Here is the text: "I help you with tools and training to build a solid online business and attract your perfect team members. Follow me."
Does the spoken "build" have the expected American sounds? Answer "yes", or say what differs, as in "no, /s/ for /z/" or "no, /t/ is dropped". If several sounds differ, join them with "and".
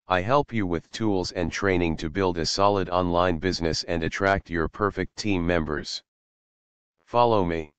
yes